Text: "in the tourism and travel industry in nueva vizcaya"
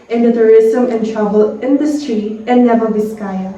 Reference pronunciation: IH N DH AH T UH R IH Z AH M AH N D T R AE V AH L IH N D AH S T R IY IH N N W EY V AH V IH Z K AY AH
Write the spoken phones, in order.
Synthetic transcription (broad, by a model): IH N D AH T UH R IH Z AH M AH N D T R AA B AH L IH N D AH S T R IY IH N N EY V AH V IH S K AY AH